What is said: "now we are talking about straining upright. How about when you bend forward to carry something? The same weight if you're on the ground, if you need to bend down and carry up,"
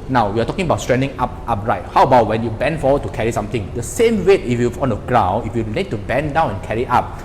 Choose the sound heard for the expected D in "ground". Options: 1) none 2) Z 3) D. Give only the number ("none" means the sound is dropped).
1